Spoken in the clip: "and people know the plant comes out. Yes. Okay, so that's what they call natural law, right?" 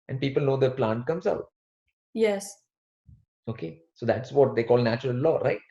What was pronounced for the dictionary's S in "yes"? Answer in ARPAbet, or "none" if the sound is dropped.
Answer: S